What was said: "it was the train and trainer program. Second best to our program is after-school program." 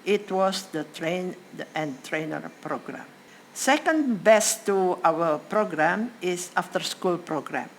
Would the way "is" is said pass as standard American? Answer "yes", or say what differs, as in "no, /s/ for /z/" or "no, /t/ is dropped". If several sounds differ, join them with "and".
no, /s/ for /z/